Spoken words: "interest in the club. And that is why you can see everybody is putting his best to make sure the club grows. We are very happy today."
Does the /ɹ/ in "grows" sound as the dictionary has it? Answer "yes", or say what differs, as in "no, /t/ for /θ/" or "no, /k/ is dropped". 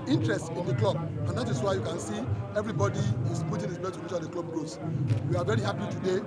no, /ɹ/ is dropped